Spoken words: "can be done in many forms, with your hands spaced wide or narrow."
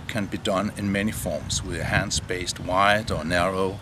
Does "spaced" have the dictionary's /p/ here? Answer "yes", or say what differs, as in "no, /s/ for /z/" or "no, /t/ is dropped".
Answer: no, /b/ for /p/